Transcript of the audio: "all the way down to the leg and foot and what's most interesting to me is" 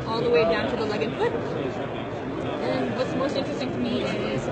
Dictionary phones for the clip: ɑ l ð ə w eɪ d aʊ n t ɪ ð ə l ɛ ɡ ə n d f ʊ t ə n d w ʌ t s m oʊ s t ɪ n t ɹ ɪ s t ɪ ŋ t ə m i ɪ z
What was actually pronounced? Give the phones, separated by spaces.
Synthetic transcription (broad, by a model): ɑ l ð ə w eɪ d aʊ n t ɪ ð ə l ɛ ɡ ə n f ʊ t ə n w ʌ t s m oʊ s t ɪ n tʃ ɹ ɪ s t ɪ ŋ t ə m i ɪ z